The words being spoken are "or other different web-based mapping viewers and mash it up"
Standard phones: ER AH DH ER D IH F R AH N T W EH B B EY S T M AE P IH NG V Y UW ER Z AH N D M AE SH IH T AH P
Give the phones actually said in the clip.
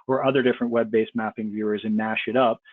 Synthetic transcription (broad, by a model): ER AH DH ER D IH F R AH N T W EH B B EY S M AE P IH NG V Y UW ER Z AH N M AE SH IH T AH P